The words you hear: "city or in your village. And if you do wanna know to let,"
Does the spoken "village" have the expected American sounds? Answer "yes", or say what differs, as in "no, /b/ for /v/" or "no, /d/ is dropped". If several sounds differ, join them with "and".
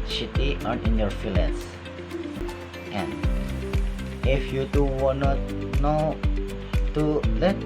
no, /f/ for /v/